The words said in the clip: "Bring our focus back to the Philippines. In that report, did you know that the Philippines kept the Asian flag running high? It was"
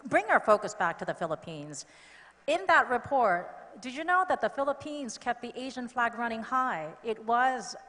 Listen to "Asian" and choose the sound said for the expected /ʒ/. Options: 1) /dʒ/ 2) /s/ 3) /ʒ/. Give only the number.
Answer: 3